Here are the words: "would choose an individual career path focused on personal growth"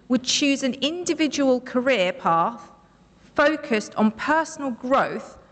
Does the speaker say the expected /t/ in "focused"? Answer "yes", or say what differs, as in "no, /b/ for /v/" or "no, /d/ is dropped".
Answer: yes